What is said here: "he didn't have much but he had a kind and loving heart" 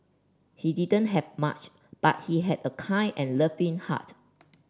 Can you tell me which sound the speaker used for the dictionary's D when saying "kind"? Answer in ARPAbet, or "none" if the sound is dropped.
none